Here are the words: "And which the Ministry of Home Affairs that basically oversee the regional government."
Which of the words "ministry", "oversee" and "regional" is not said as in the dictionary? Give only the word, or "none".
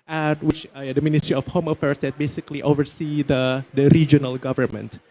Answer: none